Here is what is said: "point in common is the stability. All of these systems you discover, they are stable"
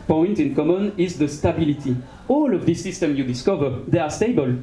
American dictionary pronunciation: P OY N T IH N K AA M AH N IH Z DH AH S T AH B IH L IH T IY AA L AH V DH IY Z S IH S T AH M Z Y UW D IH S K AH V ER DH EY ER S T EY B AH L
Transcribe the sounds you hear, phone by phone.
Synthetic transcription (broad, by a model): P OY N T IH N K AA M AH N IH Z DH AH S T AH B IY L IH T IY AA L AH V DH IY S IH S T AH M Y UW D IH S K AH V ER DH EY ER S T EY B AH L